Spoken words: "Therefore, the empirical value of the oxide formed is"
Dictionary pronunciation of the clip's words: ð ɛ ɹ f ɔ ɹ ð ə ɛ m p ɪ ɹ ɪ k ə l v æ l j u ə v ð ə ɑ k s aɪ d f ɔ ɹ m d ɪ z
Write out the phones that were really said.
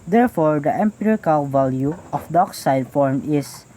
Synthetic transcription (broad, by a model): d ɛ ɹ f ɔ ɹ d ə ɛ m p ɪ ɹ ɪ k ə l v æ l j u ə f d ɑ k s aɪ d f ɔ ɹ m ɪ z